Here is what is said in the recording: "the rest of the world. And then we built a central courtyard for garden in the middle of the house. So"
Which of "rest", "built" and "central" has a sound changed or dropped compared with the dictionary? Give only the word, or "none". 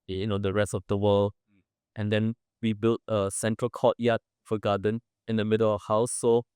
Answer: none